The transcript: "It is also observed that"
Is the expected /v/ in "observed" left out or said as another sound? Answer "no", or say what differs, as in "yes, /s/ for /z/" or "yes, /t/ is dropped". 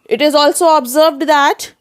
no